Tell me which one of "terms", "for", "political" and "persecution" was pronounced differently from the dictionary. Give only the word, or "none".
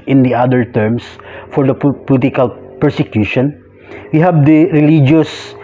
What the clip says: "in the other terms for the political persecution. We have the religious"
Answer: terms